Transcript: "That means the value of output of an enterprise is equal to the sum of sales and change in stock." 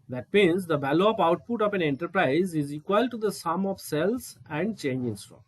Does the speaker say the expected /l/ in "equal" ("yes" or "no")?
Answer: yes